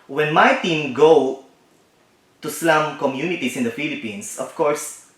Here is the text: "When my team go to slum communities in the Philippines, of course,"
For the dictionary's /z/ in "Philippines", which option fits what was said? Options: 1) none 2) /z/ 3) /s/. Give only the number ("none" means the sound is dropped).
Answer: 3